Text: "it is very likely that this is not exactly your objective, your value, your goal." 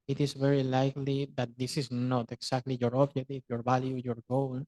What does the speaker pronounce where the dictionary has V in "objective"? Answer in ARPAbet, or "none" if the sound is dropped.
F